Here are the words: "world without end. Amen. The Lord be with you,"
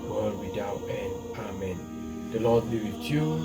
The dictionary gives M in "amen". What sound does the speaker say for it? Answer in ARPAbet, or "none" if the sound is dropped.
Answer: M